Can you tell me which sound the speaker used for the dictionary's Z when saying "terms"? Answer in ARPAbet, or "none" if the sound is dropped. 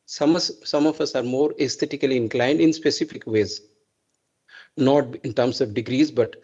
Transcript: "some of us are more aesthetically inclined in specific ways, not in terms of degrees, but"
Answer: S